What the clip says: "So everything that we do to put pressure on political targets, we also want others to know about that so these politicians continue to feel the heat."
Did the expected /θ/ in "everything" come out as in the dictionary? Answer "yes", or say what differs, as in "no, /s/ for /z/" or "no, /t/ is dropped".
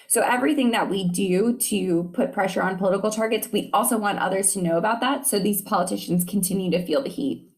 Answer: yes